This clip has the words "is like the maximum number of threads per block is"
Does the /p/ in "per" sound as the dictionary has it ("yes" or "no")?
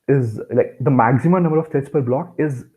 yes